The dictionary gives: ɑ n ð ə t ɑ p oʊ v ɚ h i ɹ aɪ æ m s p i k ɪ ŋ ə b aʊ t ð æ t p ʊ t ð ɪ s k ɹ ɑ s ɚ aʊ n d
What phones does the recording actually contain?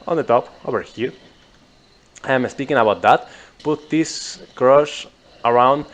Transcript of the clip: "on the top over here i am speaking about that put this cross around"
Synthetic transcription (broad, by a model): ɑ n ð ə t ɑ p oʊ v ɚ h i ɹ aɪ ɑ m s p i k ɪ ŋ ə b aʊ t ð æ t p ʊ t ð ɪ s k ɹ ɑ ʃ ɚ aʊ n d